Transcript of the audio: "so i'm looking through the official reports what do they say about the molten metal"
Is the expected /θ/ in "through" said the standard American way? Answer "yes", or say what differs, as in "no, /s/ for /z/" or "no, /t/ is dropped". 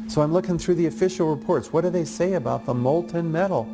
yes